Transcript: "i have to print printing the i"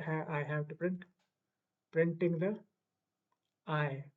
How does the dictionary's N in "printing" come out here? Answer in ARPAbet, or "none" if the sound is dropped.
N